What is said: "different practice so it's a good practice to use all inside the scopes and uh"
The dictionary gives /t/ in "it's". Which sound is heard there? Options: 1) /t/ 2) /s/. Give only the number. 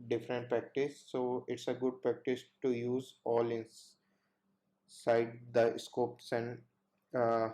1